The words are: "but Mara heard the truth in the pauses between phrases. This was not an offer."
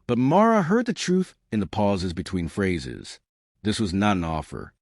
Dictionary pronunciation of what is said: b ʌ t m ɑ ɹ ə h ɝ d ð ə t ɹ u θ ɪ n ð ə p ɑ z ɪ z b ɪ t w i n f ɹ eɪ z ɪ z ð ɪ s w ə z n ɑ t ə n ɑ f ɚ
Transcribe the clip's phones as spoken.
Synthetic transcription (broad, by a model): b ʌ t m ɑ ɹ ə h ɝ d ð ə t ɹ u θ ɪ n ð ə p ɑ z ɪ z b ɪ t w i n f ɹ eɪ z ɪ z ð ɪ s w ə z n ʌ t ə n ɑ f ɚ